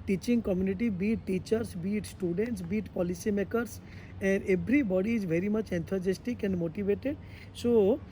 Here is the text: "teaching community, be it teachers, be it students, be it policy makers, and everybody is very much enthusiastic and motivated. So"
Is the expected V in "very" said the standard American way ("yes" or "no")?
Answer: yes